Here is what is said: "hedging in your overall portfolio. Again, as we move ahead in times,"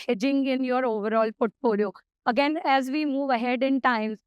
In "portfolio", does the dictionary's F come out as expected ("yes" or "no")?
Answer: no